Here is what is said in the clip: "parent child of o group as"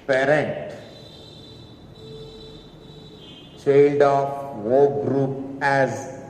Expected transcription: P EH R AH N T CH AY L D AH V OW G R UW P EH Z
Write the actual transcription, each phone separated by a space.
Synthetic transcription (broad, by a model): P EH R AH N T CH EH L D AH W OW G R UW P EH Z